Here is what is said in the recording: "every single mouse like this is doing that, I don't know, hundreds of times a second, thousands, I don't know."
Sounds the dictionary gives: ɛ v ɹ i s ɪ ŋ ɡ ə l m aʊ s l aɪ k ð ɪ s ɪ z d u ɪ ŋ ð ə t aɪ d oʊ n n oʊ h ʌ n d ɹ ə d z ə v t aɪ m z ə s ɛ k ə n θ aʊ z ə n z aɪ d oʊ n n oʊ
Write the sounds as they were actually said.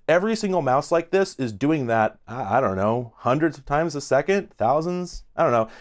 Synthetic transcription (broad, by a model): ɛ v ɹ i s ɪ ŋ ɡ l m aʊ s l aɪ k ð ɪ s ɪ z d u ɪ ŋ ð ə t aɪ d oʊ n n oʊ h ʌ n d ɹ ə d z ə v t aɪ m z ə s ɛ k ə n θ aʊ z ə n z aɪ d oʊ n n oʊ